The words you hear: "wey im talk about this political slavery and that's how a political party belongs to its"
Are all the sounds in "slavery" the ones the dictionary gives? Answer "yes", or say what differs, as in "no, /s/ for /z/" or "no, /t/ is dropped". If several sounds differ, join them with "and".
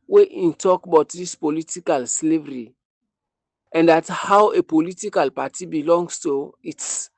yes